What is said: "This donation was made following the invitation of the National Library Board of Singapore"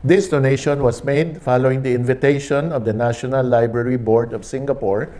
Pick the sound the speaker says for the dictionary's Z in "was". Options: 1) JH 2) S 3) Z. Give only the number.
2